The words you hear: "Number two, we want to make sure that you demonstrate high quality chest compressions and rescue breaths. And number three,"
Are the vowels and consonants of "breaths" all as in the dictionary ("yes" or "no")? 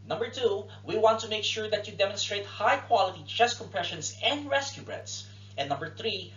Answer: no